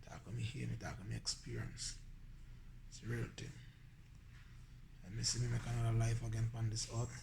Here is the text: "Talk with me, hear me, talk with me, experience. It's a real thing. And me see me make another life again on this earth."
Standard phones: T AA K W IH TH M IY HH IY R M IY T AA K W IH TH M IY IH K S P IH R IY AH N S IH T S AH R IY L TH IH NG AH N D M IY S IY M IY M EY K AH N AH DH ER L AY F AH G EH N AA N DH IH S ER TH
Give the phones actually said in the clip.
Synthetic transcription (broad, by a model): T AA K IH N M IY HH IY M IY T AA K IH M IY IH K S P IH R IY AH N S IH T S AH R IY L T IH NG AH M IY S IY M IY M EY K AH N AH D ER L AY F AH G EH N AA N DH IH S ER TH